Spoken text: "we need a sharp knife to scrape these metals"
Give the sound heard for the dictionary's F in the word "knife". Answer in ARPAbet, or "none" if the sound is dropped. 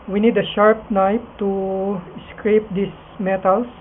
P